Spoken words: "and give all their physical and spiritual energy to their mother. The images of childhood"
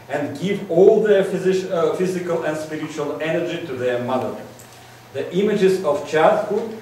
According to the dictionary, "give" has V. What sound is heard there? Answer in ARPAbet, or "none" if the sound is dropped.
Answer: V